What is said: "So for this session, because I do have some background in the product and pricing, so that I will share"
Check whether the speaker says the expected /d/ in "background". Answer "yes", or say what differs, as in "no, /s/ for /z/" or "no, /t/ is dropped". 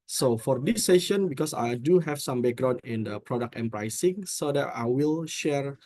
no, /d/ is dropped